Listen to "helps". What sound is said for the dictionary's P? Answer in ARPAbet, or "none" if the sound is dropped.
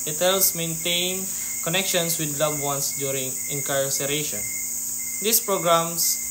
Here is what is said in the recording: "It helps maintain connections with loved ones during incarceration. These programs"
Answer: none